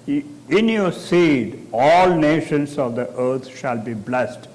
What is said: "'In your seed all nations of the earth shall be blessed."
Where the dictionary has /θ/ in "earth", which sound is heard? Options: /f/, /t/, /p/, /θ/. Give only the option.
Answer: /t/